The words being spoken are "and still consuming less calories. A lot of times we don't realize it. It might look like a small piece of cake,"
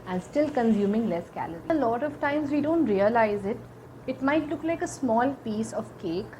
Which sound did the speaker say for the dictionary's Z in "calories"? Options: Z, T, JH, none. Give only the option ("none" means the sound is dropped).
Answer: none